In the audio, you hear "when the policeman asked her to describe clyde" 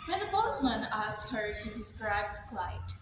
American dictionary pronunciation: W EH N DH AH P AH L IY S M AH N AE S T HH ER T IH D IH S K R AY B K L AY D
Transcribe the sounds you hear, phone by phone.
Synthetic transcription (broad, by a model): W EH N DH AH B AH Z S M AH N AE S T HH ER T IH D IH S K R AY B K L AY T